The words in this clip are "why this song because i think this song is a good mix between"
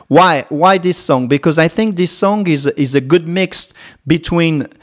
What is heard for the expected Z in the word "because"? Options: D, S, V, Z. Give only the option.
Z